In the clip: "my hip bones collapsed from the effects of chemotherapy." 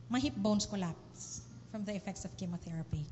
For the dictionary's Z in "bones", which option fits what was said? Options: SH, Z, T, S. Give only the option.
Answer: S